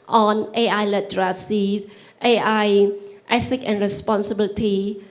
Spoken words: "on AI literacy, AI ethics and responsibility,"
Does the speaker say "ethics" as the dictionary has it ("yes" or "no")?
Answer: no